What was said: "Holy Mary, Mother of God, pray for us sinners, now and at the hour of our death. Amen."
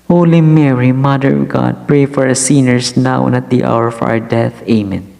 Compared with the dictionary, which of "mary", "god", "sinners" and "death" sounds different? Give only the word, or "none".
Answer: sinners